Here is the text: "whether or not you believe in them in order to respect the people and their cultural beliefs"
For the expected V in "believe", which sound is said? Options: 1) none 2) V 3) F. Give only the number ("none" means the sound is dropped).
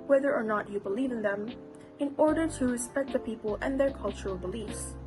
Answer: 2